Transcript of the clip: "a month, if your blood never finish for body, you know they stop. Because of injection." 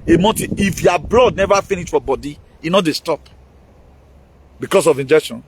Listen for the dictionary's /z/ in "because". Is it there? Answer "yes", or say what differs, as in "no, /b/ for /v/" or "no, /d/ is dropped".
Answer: no, /s/ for /z/